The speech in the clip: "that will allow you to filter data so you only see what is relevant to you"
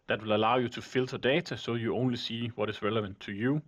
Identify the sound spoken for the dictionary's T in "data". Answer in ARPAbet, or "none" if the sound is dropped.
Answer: S